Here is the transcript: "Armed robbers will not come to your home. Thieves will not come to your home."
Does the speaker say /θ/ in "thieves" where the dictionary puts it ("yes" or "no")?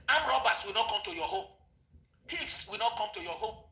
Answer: no